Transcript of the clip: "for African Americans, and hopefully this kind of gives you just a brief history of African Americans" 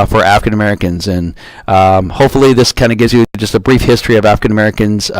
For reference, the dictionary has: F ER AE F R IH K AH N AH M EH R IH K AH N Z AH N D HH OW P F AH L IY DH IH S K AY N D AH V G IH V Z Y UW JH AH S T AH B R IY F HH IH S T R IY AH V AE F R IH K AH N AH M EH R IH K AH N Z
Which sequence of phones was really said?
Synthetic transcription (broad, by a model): F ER AE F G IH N AH M EH R IH K AH N Z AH N HH OW P F L IY DH IH S K AY N D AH G IH V Z Y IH JH AH S T AH B R IY F HH IH S T R IY AH V AE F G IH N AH M EH R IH K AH N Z